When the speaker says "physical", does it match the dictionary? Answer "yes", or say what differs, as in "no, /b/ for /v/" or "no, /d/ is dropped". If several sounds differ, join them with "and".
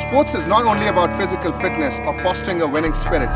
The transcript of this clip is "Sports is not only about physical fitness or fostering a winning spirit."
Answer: yes